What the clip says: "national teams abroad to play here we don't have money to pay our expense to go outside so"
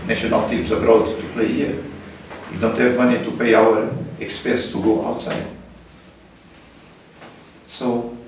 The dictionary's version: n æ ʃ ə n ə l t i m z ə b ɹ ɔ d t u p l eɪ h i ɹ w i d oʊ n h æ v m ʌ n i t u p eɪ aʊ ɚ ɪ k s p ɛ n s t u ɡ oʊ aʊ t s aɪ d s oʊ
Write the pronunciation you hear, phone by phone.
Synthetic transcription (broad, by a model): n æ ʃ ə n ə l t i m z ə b ɹ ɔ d t u p l eɪ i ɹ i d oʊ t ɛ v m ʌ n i t u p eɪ aʊ ɚ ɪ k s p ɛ s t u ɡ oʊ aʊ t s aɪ s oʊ